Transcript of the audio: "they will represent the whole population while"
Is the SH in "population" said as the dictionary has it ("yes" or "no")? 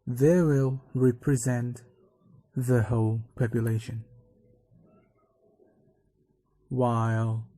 yes